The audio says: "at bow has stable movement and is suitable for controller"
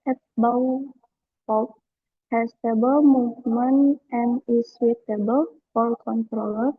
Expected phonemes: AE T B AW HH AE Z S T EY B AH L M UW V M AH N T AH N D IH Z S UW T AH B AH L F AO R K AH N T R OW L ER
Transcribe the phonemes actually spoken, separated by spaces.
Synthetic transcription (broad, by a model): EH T B AW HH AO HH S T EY B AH L M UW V M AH N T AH N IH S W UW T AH B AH L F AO L K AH N T R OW L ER